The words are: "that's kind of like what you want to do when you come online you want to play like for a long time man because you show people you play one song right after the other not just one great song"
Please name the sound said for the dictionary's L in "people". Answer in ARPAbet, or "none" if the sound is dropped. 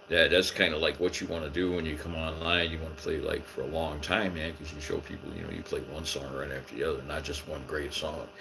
N